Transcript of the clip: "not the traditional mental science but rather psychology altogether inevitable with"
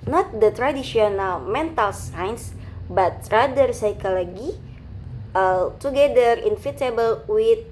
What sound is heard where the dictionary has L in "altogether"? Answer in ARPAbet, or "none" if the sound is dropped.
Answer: none